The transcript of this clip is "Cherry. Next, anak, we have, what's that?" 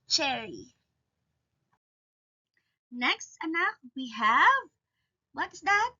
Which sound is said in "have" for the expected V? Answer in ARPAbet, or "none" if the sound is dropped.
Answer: V